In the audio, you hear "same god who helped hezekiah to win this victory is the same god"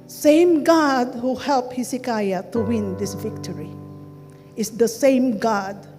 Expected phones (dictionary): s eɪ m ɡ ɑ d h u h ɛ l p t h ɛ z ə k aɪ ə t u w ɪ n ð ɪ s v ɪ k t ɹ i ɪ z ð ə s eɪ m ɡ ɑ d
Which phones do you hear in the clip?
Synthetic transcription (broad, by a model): s eɪ m ɡ ɑ d h u h ɛ l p h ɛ s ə k aɪ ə t u w ɪ n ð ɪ s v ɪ k t ɹ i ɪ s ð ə s eɪ m ɡ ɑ d